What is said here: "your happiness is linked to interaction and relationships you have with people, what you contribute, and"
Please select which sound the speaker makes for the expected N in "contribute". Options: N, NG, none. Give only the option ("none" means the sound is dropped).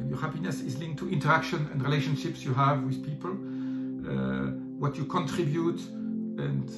N